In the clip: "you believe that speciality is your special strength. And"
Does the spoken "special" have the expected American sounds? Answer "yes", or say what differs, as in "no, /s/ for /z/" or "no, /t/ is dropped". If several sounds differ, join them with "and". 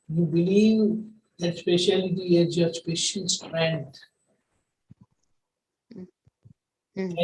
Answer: no, /n/ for /l/